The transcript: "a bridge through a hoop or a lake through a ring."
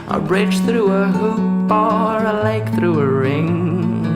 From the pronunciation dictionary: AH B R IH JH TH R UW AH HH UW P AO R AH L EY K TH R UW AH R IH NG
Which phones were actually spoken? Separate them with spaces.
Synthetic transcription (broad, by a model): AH B R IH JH TH R UW AH HH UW B AO R AH L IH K TH R UW AH R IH NG